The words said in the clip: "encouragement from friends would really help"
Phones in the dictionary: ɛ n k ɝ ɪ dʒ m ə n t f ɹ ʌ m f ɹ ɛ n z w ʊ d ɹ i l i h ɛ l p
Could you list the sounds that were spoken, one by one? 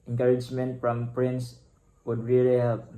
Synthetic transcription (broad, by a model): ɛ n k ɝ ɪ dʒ m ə n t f ɹ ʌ m p ɹ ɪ n s w ʊ d ɹ i l i h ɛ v